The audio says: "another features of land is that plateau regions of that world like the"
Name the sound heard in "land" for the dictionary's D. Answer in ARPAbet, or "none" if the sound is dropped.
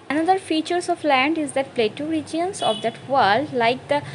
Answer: D